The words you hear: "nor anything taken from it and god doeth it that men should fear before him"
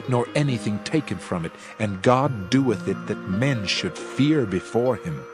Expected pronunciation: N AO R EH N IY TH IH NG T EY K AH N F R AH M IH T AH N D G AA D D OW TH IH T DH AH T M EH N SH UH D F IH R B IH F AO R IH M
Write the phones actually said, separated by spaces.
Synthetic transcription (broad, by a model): N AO R EH N IY TH IH NG T EY K AH N F R AH M IH T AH N G AA D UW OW TH IH T DH AH T M EH N SH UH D F IH R B IH F AO R IH M